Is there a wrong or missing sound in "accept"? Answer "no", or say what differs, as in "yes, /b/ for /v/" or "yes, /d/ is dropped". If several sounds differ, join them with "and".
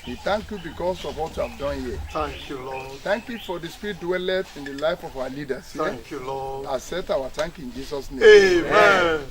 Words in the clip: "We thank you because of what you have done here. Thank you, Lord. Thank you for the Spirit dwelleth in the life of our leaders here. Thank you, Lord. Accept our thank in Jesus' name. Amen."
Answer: yes, /k/ is dropped